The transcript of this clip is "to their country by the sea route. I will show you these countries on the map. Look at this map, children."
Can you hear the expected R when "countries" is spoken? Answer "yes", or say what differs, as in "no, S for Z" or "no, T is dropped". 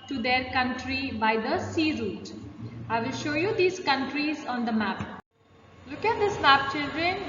yes